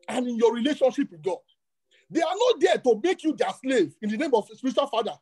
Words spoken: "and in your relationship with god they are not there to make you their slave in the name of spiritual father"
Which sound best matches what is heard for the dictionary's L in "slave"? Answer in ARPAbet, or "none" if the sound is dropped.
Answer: L